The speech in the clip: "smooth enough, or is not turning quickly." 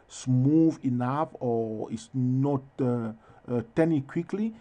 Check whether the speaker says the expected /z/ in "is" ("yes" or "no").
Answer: no